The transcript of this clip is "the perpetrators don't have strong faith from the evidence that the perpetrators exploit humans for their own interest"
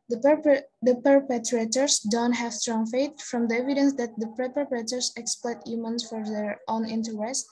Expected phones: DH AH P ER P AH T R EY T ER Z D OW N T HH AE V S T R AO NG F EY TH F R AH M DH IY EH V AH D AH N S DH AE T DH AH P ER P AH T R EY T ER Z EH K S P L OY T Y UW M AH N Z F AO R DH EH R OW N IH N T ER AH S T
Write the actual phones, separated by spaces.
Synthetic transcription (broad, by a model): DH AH P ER P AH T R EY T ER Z D OW N T HH AE V S T R AO NG F EY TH F R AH M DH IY EH V AH D AH N S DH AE T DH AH P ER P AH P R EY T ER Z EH K S P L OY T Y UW M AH N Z F AO R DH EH R OW N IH N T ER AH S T